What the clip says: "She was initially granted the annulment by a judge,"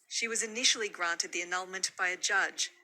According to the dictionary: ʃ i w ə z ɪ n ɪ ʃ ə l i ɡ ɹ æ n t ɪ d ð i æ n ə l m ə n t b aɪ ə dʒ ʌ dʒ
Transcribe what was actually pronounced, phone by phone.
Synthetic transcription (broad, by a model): ʃ i w ə z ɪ n ɪ ʃ l i ɡ ɹ æ n t ɪ d ð i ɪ n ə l m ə n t b aɪ ə dʒ ʌ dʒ